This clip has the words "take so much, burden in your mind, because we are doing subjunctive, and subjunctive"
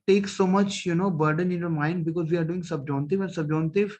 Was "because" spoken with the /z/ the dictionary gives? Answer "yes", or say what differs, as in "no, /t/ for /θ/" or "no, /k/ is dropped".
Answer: yes